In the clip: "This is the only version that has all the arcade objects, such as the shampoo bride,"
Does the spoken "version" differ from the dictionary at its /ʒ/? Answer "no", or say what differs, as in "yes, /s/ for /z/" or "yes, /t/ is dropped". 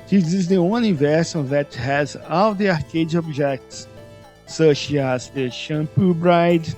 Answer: yes, /s/ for /ʒ/